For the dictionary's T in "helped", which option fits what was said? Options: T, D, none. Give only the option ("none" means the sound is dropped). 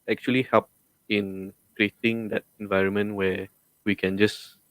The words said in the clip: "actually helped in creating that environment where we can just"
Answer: none